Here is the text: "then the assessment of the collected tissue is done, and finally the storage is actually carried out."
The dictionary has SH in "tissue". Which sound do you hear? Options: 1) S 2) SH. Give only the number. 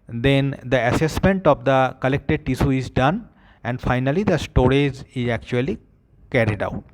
1